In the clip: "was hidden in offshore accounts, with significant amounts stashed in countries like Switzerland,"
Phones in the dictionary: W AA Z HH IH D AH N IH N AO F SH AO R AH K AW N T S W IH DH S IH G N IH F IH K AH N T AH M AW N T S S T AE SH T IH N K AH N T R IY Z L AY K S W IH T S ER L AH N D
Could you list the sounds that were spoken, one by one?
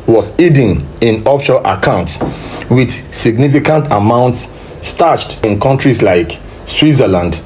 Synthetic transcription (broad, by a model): W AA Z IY D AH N IH N AO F SH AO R AH K AW N T S W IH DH S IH G N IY F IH K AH N T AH M AW N T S S T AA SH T IH N K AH N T R IY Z L AY K S W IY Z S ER L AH N D